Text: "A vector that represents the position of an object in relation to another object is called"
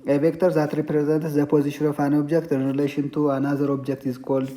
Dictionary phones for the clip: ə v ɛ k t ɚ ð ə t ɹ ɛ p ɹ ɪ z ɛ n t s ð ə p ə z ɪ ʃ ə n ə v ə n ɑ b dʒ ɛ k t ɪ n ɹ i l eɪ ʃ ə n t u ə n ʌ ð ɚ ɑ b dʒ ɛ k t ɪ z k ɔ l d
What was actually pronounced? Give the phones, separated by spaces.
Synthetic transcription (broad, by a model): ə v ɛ k t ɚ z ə t ɹ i p ɹ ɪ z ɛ n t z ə p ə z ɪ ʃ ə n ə f ə n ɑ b dʒ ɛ k t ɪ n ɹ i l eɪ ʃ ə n t u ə n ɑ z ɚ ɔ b dʒ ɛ k t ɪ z k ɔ l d